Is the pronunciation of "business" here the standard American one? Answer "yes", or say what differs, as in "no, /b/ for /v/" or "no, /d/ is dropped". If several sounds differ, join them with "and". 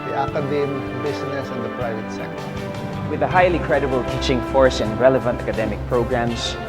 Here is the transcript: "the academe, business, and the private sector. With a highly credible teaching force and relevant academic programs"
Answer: no, /s/ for /z/